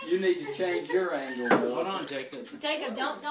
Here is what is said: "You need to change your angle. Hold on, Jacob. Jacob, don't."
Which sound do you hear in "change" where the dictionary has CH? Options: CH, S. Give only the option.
CH